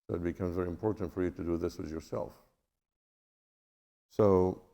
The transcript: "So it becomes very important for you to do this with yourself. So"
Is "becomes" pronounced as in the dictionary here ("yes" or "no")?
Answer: yes